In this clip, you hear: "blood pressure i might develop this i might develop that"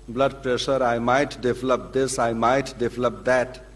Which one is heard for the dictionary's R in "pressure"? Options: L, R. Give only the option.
R